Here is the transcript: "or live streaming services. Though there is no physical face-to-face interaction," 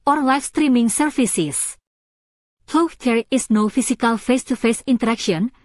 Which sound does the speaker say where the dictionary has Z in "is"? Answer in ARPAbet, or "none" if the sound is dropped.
S